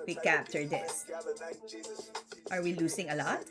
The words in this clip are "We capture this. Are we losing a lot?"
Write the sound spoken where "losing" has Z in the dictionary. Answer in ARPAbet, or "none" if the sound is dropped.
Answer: S